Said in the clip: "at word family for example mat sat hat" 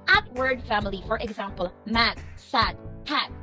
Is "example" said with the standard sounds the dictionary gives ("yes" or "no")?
yes